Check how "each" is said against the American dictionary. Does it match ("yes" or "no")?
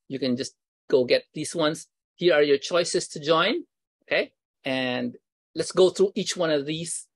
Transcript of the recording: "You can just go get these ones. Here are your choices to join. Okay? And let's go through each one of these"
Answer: yes